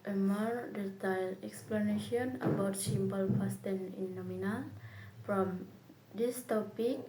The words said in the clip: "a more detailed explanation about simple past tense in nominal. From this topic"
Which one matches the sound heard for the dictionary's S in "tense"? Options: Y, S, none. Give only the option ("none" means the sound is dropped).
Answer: none